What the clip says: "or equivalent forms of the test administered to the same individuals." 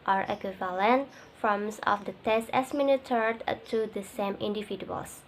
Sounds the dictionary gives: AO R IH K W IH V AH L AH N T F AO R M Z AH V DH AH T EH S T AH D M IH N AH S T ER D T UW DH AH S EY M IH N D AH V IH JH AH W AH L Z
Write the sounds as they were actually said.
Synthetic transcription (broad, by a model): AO R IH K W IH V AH L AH N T F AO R M S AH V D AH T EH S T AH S M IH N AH T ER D T UW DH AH S EY M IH N D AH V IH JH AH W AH L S